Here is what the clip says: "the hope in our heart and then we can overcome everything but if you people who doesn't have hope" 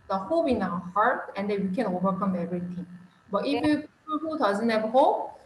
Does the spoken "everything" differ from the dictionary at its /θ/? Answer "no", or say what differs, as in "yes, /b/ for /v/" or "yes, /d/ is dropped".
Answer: yes, /t/ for /θ/